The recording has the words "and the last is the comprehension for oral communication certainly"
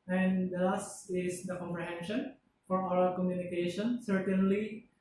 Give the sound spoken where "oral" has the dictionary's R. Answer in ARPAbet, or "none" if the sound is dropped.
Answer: none